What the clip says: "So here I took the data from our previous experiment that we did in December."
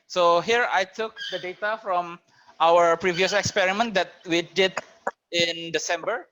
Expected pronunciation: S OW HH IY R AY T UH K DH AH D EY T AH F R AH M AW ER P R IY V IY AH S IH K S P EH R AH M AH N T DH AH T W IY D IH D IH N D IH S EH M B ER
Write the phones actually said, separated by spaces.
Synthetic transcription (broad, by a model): S OW HH IY R AY T UH K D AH D EY T AH F R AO M AW ER P R IY V IY AH S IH K S P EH R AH M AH N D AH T W IY D IH D IH N D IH S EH M B ER